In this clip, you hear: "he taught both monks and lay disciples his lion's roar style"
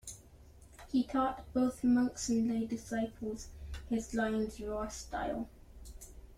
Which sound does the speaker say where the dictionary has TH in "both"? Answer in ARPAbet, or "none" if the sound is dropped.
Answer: TH